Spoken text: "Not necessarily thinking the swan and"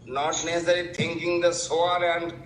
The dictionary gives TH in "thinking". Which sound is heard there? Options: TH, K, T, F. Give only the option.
T